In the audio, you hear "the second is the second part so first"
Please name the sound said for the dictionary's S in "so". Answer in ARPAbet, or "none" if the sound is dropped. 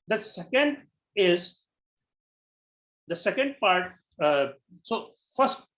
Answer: S